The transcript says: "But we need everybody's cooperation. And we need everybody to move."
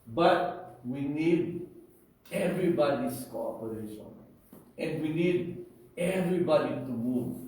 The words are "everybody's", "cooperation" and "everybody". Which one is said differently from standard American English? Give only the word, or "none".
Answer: everybody's